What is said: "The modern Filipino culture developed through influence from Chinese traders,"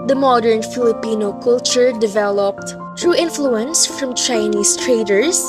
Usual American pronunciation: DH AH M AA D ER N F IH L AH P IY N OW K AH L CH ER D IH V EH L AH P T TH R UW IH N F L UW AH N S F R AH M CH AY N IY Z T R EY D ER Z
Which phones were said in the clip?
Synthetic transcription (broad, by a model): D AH M AA D ER N F IH L AH P IY N OW K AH L CH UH D IH V EH L AH P T T R UW IH N F L UW AH N S F R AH M CH AY N IY S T R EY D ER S